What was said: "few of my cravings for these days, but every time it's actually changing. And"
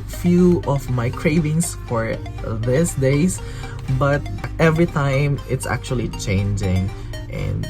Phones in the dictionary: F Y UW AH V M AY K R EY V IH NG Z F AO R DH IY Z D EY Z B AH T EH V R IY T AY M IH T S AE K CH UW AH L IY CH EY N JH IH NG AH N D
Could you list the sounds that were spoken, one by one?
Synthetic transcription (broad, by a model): F Y UW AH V M AY K R EY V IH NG S F AO R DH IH S D EY S B AH T EH V R IY T AY M IH T S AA K CH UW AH L IY CH EY N JH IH NG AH N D